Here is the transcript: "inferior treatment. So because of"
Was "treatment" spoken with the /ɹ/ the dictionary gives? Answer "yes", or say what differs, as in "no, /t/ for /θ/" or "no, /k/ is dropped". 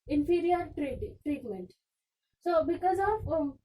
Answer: yes